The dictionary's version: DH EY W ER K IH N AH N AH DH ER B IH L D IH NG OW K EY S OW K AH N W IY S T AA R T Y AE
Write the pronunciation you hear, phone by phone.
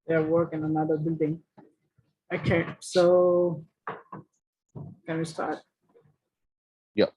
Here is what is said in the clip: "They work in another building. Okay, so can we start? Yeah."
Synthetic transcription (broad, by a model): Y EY W ER K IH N AH N AH DH ER B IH L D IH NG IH K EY S OW K AH N W IY S T AA R T Y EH